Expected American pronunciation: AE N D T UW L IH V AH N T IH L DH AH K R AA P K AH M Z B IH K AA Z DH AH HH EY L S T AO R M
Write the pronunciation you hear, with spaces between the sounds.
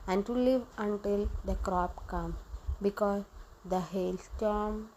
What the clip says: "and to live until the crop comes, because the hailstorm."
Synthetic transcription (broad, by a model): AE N D T UW L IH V AH N T IH L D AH K R AA P K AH M B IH K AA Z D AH HH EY L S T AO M